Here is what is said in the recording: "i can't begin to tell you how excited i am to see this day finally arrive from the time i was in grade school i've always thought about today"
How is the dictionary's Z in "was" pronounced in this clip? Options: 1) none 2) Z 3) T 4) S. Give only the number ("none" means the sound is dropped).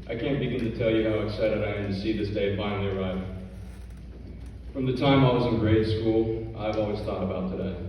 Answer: 2